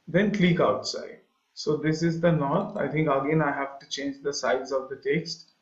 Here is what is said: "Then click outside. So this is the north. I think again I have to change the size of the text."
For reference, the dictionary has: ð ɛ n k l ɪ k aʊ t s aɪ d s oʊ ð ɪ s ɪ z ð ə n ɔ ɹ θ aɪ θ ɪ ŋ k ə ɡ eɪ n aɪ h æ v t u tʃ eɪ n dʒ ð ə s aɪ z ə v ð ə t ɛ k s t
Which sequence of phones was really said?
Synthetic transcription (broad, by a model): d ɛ n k l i k aʊ t s aɪ d s oʊ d ɪ s ɪ z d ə n ɔ ɹ t aɪ t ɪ ŋ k ə ɡ eɪ n aɪ h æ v t u tʃ eɪ n dʒ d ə s aɪ z ə v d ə t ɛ k s t